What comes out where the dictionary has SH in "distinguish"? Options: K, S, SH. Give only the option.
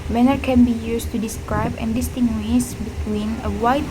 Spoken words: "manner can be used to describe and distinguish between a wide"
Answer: S